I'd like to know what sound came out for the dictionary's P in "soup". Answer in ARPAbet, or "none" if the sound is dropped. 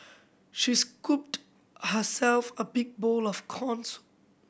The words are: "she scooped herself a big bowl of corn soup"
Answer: none